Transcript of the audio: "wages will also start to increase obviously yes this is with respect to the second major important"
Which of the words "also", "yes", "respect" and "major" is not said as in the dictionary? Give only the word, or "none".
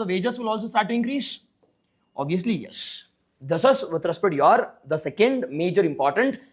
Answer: respect